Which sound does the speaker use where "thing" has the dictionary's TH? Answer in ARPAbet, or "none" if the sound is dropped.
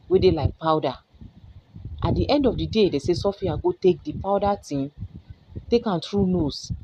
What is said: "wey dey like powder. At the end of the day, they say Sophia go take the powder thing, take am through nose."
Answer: T